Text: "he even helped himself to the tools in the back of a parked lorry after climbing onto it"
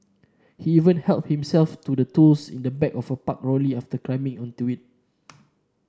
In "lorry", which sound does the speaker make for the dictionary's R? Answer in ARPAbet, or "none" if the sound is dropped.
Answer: L